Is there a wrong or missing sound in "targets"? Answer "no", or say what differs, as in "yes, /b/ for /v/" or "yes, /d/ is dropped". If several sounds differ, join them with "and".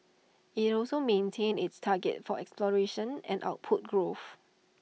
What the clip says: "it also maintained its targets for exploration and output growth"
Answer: yes, /s/ is dropped